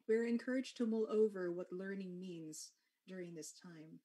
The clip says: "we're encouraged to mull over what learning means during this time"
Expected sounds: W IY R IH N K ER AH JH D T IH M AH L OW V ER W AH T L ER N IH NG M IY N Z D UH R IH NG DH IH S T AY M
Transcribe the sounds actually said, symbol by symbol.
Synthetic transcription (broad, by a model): W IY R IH N K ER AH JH T IH M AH L OW V ER W AH T L ER N IH NG M IY N Z D UH R IH NG DH IH S T AY M